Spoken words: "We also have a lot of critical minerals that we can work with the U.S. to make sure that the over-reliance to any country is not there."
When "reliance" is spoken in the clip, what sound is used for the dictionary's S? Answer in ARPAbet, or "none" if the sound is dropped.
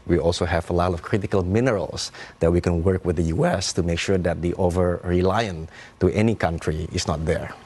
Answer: none